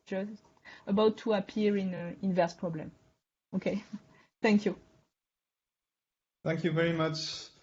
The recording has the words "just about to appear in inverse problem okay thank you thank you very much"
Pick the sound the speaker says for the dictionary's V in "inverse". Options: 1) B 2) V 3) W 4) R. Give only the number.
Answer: 2